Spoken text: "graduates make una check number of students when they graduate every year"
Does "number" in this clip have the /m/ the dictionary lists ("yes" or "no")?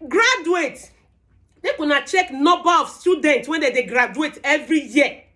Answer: no